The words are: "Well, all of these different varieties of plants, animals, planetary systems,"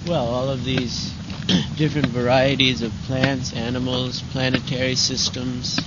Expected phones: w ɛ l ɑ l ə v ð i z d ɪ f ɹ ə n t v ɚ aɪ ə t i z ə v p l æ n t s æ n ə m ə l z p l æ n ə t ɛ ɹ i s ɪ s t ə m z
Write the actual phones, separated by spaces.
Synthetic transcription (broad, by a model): w ɛ l ɑ l ə v ð i z d ɪ f ɹ ə n t v ɚ aɪ ə t i z ə v p l æ n t s æ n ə m l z p l æ n ə t ɛ ɹ i s ɪ s t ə m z